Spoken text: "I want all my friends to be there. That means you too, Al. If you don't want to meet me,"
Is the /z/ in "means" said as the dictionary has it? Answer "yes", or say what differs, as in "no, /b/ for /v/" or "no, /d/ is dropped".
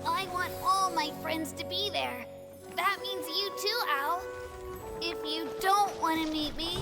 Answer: yes